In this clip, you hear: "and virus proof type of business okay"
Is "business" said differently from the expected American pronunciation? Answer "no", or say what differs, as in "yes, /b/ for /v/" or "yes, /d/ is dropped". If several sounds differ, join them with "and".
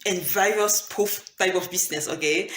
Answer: yes, /s/ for /z/